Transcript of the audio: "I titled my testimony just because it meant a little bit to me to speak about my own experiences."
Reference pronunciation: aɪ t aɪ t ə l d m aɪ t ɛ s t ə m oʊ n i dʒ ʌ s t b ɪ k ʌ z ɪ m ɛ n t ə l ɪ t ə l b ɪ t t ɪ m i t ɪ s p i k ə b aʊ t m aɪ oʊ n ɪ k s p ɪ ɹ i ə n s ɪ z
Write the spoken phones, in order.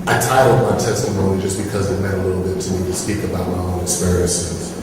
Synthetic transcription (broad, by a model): aɪ t aɪ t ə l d m aɪ t ɛ s t ə m oʊ n i dʒ ʌ s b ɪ k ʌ z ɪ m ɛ t ə l ɪ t l b ɪ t t ɪ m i t ɪ s p i k ə b aʊ t m aɪ oʊ n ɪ k s p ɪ ɹ i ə n s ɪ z